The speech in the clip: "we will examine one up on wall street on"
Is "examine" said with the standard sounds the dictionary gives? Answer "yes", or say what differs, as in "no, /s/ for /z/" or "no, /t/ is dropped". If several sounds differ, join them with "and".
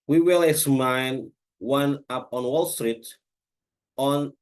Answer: no, /m/ is dropped